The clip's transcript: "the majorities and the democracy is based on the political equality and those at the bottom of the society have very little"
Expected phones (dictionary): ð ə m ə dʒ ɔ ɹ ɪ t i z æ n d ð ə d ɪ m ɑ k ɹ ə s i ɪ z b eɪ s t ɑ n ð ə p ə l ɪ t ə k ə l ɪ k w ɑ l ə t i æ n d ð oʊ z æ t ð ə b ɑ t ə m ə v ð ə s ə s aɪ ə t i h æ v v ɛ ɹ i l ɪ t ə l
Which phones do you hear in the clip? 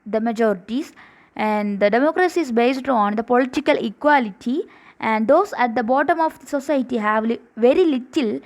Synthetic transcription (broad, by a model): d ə m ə dʒ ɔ ɹ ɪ t i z æ n d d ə d ɪ m ɑ k ɹ ə s i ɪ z b eɪ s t ɑ n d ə p ə l ɪ t ə k ə l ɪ k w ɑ l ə t i æ n d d oʊ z æ t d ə b ɑ t ə m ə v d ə s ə s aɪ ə t i h æ v v ɛ ɹ i l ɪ t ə l